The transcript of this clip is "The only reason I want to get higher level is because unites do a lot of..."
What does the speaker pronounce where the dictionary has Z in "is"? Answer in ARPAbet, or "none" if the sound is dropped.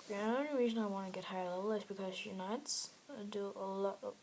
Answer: S